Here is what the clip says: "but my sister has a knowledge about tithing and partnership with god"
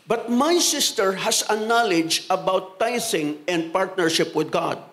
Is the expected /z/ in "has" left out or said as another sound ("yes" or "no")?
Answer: yes